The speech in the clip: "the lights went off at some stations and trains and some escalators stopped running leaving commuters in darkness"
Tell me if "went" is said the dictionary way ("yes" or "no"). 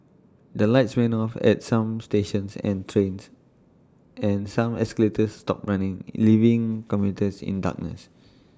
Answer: no